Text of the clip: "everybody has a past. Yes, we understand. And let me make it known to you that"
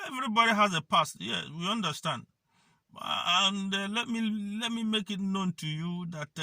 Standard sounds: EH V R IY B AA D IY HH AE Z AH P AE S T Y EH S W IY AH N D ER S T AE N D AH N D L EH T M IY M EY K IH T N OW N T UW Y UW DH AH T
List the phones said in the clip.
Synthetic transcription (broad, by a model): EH V R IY B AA D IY HH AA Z AH P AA S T Y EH W IY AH N D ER S T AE N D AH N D L EH T M IY M EY K IH T N OW N T UW Y UW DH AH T